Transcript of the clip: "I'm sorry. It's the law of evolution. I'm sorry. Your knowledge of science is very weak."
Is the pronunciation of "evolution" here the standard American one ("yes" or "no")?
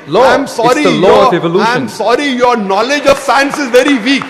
no